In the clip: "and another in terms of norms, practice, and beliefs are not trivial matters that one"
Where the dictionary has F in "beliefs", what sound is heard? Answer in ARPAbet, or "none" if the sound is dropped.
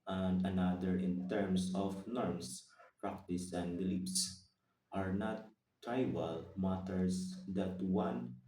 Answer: P